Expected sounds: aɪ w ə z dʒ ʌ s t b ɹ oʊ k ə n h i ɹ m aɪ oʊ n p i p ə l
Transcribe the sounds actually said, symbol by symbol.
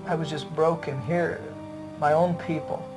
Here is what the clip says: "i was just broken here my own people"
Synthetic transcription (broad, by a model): aɪ w ə z dʒ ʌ s b ɹ oʊ k ə n h i ɹ m aɪ oʊ n p i p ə l